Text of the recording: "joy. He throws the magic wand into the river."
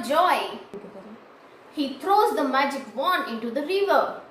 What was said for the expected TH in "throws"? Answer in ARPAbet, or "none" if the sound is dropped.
T